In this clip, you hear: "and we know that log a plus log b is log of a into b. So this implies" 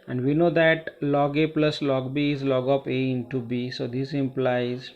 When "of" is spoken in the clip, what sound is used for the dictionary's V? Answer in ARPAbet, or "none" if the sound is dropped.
P